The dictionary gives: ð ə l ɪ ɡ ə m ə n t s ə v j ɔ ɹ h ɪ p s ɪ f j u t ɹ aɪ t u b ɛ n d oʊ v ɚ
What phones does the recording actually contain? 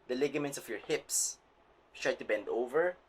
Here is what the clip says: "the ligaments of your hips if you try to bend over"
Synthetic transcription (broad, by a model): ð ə l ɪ ɡ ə m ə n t s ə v j ɔ ɹ h ɪ p s t ɹ aɪ t u b ɛ n d oʊ v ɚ